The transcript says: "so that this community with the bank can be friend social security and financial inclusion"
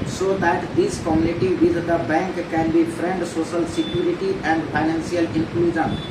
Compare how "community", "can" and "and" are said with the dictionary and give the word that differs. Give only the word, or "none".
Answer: community